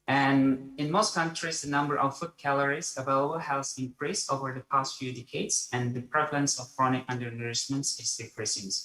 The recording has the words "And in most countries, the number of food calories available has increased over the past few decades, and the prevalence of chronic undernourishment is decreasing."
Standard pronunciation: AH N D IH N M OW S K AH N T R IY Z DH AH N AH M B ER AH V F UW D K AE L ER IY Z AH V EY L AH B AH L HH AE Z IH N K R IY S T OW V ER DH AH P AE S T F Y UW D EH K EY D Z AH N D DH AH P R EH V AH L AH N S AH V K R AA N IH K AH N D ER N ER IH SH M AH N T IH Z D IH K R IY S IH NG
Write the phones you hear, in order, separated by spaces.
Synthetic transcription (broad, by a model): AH N IH N M OW S K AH N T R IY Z DH AH N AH M B ER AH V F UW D K AE L ER IY Z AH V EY L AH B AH L HH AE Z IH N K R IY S OW V ER DH AH P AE S T F Y UW D EH K EY D Z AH N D DH AH P R EH V AH L AH N S AH V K R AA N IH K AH N D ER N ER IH S M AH N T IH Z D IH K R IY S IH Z